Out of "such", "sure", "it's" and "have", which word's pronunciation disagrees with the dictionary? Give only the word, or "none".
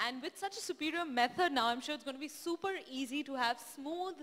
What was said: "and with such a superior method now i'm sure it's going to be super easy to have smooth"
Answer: none